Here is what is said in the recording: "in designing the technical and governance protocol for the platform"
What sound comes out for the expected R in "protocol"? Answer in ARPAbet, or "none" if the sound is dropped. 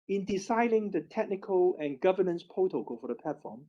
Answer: none